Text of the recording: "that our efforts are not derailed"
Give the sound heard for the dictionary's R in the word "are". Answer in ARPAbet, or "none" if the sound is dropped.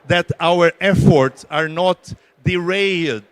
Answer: R